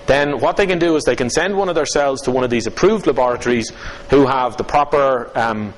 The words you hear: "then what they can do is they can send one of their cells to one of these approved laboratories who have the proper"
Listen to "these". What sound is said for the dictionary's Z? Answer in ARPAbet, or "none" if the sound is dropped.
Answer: Z